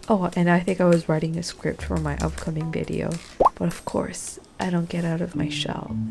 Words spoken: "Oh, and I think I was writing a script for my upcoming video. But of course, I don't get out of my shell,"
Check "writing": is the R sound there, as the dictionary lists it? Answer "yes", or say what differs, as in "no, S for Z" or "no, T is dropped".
yes